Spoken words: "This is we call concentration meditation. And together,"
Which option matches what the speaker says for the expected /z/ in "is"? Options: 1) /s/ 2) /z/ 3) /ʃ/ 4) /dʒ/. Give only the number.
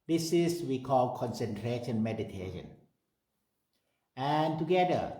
1